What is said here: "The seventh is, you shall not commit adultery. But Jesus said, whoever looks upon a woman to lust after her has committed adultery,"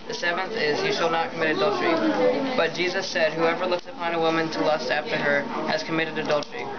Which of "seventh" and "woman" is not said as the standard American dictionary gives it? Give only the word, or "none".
none